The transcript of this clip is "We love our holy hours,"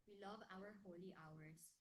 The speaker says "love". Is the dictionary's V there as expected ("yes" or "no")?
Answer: yes